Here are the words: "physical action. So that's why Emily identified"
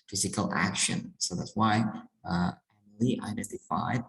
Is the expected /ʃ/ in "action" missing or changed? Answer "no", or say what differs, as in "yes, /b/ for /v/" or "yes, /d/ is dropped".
no